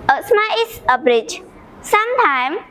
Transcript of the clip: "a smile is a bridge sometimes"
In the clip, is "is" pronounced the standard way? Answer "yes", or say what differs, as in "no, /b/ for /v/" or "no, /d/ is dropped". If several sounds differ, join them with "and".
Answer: no, /s/ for /z/